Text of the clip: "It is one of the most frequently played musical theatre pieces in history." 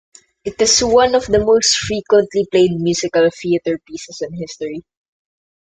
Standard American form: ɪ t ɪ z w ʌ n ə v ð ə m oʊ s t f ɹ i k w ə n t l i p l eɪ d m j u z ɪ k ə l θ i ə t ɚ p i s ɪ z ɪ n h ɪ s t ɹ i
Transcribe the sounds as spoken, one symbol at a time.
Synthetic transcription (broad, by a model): ɪ t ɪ s w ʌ n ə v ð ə m oʊ s t f ɹ i k w ə n t l i p l eɪ d m j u s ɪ k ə l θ i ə t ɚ p i s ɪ s ɪ n h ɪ s t ɹ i